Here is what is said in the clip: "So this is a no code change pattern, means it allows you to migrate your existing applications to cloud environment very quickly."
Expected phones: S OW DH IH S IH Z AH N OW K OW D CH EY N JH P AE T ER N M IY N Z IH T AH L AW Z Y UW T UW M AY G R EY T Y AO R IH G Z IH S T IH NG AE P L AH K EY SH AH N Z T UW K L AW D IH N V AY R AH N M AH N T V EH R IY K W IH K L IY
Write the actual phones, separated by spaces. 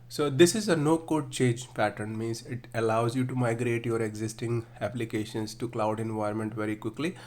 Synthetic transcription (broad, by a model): S OW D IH S IH Z AH N OW K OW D CH EY N JH P AE T ER N M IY N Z IH T AH L AW Z Y UW T UW M AY G R EY T Y AO R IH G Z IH S T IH NG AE P L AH K EY SH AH N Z T UW K L AW D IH N V AY AH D M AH N T V EH R IY K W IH K L IY